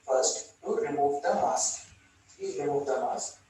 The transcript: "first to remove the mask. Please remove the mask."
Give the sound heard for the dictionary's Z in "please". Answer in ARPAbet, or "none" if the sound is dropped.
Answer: none